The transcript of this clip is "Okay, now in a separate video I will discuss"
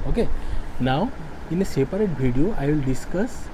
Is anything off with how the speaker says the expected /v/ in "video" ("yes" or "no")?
yes